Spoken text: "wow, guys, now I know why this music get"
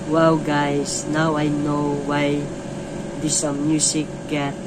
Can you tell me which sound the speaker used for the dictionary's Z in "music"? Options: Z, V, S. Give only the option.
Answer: S